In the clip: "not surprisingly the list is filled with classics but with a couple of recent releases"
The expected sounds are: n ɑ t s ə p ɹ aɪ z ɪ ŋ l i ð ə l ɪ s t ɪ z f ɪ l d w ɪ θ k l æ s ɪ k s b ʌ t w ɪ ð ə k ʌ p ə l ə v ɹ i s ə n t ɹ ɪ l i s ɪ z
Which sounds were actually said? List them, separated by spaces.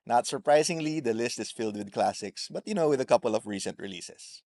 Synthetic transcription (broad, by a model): n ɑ t s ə p ɹ aɪ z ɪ ŋ l i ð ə l ɪ s t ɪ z f ɪ l d w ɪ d k l æ s ɪ k s b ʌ t w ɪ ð ə k ʌ p ə l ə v ɹ i s ə n t ɹ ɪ l i s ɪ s